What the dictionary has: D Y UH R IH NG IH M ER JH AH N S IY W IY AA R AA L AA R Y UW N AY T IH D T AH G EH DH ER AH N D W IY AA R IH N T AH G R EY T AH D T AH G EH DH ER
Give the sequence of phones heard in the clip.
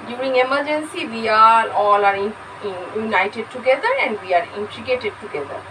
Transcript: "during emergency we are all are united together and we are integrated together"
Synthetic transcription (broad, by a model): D Y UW R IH NG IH M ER JH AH N S IY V IY AA R AA L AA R Y UW N AY T IH D T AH G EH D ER AH N D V IY AA R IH N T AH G EY T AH D T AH G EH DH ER